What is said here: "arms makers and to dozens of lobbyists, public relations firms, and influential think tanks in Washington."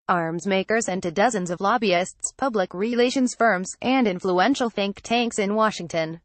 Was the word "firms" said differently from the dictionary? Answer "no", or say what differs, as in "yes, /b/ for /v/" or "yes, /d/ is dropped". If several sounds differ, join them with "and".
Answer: no